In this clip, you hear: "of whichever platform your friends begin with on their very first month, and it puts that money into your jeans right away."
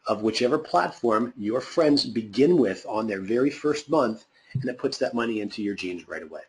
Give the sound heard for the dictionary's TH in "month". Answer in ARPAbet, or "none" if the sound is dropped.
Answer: TH